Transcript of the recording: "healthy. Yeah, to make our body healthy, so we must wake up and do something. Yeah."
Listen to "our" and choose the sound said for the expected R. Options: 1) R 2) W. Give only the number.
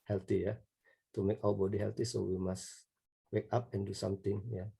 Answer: 2